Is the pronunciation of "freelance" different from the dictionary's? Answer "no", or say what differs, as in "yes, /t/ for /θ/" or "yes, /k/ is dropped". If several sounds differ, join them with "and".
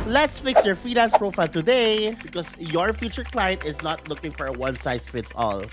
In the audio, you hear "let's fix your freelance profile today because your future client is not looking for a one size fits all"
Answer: yes, /ɹ/ is dropped